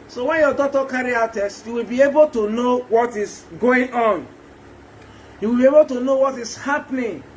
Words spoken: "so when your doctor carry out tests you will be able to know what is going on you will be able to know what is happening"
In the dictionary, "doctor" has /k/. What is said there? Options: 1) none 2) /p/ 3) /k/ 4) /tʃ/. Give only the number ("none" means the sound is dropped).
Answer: 1